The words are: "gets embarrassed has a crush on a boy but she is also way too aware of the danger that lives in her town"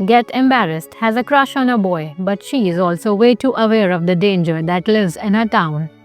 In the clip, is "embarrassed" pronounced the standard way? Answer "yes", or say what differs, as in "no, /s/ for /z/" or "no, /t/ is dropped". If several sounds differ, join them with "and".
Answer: yes